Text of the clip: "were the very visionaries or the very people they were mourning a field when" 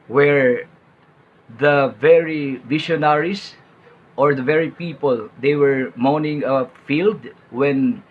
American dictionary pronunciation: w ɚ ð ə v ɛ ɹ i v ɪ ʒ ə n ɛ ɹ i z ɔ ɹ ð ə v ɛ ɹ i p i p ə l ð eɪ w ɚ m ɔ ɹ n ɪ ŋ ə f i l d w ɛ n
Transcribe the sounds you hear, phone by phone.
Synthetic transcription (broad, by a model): w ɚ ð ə v ɛ ɹ i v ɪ ʃ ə n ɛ ɹ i s ɔ ɹ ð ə v ɛ ɹ i p i p ə l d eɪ w ɚ m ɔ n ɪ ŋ ə f i l d w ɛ n